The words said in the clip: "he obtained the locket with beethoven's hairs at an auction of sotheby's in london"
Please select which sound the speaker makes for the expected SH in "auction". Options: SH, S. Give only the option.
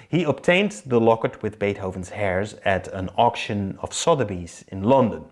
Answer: SH